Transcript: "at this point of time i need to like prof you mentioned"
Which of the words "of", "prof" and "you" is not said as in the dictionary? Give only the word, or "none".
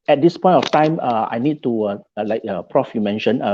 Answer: of